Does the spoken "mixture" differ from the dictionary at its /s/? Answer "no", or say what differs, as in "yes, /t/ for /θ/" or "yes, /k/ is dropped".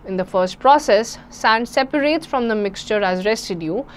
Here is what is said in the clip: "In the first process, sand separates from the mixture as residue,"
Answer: no